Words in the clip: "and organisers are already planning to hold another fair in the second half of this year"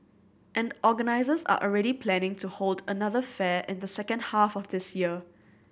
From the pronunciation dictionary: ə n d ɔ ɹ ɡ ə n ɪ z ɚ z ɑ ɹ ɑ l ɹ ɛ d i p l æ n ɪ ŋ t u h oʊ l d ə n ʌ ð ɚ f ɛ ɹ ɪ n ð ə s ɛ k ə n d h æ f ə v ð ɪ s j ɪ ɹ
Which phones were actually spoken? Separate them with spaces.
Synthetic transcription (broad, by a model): ə n d ɔ ɡ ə n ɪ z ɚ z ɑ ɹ ɑ l ɹ ɛ d i p l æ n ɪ ŋ t u h oʊ l d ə n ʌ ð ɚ f ɛ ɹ ɪ n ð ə s ɛ k ə n d h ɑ f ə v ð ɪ s j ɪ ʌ